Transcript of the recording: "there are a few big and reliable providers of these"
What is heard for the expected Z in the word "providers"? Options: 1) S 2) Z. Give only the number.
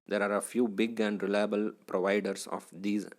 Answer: 1